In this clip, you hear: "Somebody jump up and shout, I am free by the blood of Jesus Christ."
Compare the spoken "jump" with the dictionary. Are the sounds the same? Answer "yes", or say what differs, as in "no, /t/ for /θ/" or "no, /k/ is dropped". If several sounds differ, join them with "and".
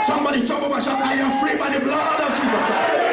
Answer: no, /tʃ/ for /dʒ/ and /b/ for /p/